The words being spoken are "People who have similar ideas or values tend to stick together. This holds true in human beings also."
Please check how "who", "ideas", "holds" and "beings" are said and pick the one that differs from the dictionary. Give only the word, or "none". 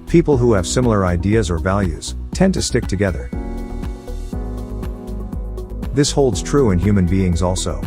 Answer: none